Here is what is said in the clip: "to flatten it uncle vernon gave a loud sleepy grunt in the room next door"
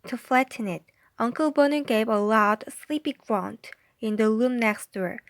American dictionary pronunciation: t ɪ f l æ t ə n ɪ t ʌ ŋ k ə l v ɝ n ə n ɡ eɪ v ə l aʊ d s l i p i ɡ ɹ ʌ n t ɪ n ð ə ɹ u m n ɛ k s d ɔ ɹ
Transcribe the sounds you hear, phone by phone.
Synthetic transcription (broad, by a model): t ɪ f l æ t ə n ɪ t ʌ ŋ k ə l b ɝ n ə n ɡ eɪ v ə l aʊ d s l i p i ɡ ɹ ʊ n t ɪ n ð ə l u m n ɛ k s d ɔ ɹ